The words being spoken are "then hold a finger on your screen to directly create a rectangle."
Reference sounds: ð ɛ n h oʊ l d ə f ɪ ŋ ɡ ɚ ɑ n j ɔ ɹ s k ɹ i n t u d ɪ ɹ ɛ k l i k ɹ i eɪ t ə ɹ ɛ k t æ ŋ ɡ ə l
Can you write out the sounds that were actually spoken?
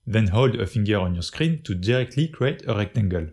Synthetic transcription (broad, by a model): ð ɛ n h oʊ l d ə f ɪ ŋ ɡ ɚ ɑ n j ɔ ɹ s k ɹ i n t u d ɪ ɹ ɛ k l i k ɹ i eɪ t ə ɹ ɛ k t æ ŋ ɡ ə l